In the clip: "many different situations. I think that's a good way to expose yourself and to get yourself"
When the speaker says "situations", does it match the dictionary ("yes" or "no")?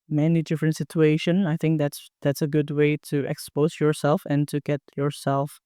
no